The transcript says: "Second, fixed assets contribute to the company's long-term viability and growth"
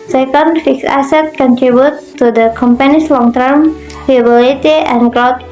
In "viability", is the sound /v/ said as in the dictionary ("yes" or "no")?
no